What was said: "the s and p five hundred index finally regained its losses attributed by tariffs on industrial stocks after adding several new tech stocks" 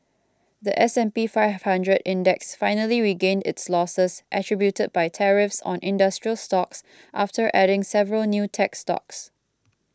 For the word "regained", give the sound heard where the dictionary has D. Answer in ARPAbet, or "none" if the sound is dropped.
D